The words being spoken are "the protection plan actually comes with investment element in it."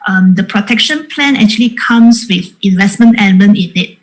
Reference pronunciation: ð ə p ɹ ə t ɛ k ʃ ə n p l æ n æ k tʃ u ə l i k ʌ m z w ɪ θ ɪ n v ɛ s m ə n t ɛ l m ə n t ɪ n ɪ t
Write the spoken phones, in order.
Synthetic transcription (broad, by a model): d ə p ɹ ə t ɛ k ʃ ə n p l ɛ n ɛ k tʃ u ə l i k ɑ m s w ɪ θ ɪ n v ɛ s m ə n t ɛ n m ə n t ɪ n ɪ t